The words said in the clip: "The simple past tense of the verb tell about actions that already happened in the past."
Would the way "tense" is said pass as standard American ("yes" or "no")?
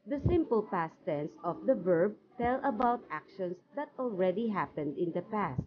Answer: yes